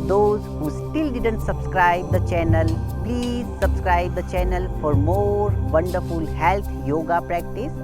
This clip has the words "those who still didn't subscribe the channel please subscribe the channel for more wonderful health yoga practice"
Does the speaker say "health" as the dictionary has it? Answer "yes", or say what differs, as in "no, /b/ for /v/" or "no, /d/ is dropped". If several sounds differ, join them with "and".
no, /t/ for /θ/